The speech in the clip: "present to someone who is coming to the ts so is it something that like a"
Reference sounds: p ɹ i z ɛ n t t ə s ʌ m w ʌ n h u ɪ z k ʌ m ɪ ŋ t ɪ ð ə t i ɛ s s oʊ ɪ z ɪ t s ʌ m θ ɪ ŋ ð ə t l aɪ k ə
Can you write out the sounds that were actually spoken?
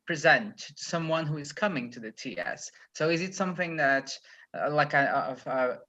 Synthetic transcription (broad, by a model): p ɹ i z ɛ n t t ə s ʌ m w ʌ n h u ɪ z k ʌ m ɪ ŋ t ɪ ð ə t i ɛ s s oʊ ɪ z ɪ t s ʌ m θ ɪ ŋ ð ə t l aɪ k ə